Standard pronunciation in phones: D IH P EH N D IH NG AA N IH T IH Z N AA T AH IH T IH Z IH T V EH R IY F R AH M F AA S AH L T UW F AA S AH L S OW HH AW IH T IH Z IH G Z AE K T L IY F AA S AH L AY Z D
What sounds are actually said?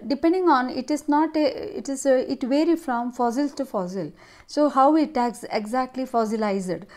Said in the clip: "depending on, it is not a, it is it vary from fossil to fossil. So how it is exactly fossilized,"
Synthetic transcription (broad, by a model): D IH P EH N D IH NG AA N IH T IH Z N AA T AH IH T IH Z IH T V EH R IY F R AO M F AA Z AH L T UW F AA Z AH L S OW HH AW IH T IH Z IH G Z AE K T L IY F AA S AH L AY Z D